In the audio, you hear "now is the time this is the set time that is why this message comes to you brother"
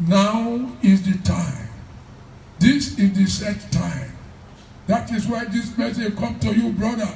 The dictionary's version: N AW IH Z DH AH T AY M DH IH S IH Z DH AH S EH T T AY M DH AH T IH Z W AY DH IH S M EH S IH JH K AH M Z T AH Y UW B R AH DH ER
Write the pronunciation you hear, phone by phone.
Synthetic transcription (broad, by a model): N AW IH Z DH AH T AY M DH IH S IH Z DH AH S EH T T AY M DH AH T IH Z W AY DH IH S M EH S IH K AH M T AH Y UW B R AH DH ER